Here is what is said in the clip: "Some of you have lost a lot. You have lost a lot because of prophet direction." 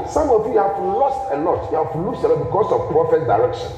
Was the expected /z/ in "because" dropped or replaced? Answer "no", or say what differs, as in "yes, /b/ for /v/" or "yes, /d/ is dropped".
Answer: yes, /s/ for /z/